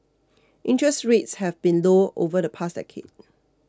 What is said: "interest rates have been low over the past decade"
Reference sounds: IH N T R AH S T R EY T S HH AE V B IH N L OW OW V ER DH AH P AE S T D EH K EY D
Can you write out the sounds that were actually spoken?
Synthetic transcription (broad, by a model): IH N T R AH S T R EY T S HH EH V B IH N L OW OW V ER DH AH P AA S D EH K EY D